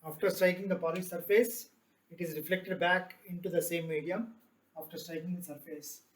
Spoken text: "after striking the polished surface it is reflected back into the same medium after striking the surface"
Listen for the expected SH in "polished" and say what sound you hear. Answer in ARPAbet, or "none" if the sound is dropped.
S